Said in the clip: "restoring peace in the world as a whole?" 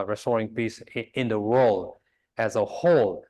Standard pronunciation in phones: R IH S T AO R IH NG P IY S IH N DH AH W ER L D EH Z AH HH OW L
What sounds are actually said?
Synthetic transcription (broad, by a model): R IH S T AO R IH NG P IY S IH N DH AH W ER L D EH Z AH HH OW L